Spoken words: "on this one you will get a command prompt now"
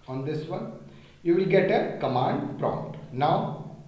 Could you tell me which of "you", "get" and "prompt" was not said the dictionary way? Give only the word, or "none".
none